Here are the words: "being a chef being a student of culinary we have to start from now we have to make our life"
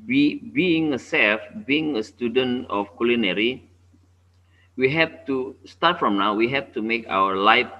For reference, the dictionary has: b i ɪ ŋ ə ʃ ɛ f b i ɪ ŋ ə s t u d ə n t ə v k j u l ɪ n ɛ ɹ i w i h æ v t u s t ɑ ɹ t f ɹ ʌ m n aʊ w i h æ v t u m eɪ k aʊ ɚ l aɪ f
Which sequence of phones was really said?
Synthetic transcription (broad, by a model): b i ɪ ŋ ə s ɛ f b i ɪ ŋ ə s t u d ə n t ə f k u l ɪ n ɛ ɹ i w i h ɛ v t u s t ɑ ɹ t f ɹ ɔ m n aʊ w i h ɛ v t u m eɪ k aʊ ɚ l aɪ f